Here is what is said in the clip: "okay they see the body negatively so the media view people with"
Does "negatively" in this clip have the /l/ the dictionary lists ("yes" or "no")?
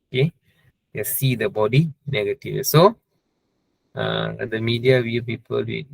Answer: no